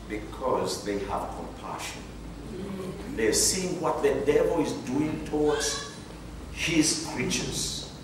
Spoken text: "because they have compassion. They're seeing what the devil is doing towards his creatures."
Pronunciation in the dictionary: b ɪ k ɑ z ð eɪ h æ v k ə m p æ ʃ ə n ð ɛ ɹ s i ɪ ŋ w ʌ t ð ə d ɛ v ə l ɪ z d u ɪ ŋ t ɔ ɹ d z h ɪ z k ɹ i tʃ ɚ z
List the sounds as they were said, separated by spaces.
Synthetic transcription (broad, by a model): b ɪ k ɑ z ð eɪ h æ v k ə m p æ ʃ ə n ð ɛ s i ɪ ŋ w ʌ t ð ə d ɛ v ə l ɪ z d u ɪ ŋ t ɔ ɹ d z h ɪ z k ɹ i tʃ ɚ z